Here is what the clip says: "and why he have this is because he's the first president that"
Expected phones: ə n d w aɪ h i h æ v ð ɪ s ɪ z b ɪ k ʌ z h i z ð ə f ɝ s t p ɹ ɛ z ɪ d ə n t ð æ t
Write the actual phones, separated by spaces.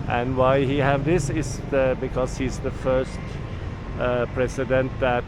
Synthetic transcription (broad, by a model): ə n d w aɪ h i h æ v ð ɪ s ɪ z b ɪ k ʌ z h i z ð ə f ɝ s t p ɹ ɛ s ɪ d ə n t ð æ t